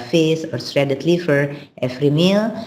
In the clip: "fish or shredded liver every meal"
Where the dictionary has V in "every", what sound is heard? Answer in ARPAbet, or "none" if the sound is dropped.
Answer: F